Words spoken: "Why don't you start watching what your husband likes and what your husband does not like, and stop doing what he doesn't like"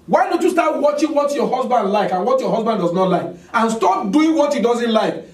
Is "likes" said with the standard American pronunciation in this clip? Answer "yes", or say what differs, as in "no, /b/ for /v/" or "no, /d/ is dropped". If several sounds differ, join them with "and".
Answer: no, /s/ is dropped